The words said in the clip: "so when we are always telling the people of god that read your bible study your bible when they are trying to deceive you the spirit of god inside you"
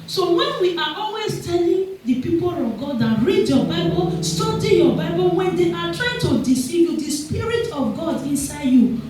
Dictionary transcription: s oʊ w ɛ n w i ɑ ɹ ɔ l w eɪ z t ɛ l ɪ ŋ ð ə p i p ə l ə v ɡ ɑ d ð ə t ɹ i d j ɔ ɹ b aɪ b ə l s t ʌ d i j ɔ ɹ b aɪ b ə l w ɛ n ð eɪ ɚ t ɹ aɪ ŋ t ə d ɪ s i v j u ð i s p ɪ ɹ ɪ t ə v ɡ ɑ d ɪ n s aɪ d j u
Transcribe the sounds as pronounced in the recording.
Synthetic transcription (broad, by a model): s oʊ w ɛ n w i ɑ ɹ ɔ l w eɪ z t ɛ l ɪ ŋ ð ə p i p ə l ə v ɡ ɑ d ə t ɹ i d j ɔ b aɪ b ə l s t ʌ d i j ɔ b aɪ b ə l w ɛ n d eɪ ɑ t ɹ aɪ ŋ t ə d ɪ s i v j u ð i s p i ɹ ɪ t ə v ɡ ɑ d ɪ n s aɪ d j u